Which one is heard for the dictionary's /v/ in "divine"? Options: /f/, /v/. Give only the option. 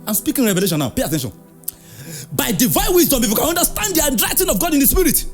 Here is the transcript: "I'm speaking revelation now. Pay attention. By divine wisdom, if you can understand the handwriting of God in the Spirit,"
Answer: /v/